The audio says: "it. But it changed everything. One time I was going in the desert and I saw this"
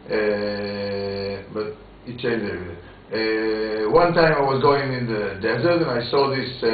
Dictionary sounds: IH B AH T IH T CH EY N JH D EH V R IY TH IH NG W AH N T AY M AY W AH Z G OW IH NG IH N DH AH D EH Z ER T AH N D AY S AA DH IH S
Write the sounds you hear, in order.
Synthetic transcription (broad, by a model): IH B AH T IH T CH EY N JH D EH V IY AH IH W AH N T AY M AY W AH Z G OW IH NG IH N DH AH D EH Z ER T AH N AY S AA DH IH S